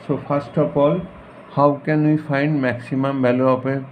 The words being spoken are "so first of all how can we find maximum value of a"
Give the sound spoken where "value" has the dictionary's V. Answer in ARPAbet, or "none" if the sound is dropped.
B